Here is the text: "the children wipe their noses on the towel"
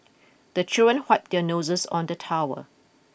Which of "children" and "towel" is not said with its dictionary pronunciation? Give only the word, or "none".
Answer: towel